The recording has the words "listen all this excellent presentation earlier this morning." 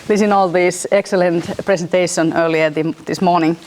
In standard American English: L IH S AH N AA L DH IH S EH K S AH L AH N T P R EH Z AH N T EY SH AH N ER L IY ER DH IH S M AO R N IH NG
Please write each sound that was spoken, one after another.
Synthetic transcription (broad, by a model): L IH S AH N AA L DH IH S EH K S AH L AH N T P R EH S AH N T EY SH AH N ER L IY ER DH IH S M AO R N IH NG